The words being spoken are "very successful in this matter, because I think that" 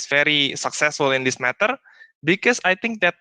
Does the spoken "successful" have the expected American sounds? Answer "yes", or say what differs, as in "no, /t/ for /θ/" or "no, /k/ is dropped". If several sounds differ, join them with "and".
yes